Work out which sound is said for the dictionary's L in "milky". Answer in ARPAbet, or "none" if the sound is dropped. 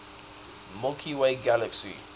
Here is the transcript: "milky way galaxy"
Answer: none